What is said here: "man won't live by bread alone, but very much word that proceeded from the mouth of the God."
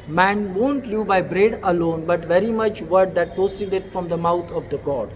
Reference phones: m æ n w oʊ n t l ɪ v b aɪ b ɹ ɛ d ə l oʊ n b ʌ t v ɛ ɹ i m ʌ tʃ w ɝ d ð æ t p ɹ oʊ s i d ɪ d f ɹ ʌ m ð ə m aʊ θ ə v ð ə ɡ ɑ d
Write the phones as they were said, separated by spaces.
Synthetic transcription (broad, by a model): m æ n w oʊ n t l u b aɪ b ɹ ɛ d ə l oʊ n b ʌ t v ɛ ɹ i m ʌ tʃ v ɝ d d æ t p oʊ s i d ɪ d f ɹ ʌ m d ə m aʊ t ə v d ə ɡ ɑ d